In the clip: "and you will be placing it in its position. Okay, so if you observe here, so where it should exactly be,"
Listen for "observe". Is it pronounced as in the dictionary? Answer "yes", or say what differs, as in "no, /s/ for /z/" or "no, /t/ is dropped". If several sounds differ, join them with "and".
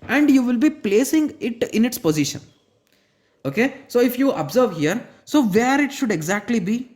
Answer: yes